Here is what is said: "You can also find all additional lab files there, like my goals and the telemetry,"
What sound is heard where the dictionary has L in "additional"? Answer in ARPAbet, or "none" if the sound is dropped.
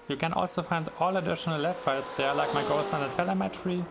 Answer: L